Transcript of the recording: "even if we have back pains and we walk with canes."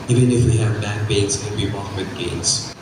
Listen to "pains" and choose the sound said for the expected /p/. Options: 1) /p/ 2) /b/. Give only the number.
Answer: 2